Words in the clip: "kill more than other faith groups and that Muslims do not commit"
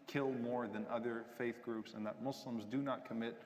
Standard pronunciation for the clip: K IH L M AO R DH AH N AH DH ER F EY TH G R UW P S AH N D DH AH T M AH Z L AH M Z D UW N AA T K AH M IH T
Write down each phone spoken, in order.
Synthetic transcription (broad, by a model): K IH L M AO R DH AH N AH DH ER F EY TH G R UW P S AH N DH AH T M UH S L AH M Z D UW N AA T K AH M IH T